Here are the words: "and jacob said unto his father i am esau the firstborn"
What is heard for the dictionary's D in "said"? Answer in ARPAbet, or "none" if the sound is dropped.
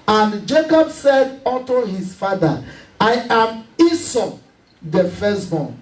D